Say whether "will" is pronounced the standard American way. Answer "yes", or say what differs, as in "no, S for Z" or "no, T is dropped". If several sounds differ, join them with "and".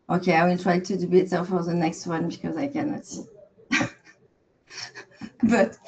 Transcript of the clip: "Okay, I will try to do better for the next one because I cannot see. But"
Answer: yes